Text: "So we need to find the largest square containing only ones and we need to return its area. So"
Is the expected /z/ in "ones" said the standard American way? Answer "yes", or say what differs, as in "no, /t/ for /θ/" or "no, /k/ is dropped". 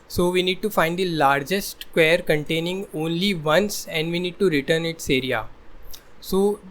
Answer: no, /s/ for /z/